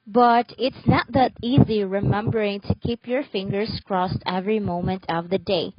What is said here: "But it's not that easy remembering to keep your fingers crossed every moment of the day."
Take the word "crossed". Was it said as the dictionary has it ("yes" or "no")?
yes